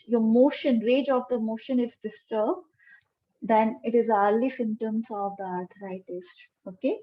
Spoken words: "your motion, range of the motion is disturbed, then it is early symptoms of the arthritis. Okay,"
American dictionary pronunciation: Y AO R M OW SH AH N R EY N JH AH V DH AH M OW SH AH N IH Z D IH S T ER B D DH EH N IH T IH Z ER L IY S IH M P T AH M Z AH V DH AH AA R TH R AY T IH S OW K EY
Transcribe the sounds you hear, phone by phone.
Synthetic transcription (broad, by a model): Y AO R M OW SH AH N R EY JH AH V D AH M OW SH AH N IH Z D IH S T ER B D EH N IH T IH Z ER L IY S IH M T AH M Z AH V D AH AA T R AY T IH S OW K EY